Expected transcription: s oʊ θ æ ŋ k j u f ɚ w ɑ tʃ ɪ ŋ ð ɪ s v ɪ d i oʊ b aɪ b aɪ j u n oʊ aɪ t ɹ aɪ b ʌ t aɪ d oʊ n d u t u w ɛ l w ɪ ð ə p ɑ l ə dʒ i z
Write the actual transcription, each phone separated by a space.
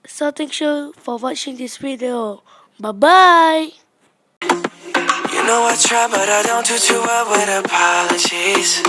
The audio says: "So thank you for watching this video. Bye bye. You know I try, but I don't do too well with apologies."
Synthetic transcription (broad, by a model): s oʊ t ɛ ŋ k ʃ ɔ f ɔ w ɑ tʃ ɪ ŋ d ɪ s w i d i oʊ b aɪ b aɪ j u n oʊ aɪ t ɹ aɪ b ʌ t aɪ d oʊ n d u t u w ɛ l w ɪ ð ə p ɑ l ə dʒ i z